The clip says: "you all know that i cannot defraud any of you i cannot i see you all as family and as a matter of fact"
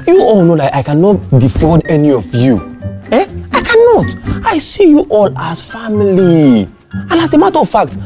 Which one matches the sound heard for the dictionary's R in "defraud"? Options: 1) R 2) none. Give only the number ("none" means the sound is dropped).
2